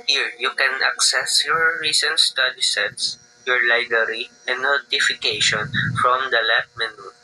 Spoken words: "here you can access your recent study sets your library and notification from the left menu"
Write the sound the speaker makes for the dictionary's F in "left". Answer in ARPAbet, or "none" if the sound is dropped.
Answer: none